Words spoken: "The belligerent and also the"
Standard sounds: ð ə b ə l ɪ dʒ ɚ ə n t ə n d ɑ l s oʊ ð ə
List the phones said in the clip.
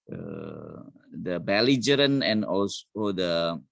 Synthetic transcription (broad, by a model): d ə b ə l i dʒ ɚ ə n ə n ɑ l s oʊ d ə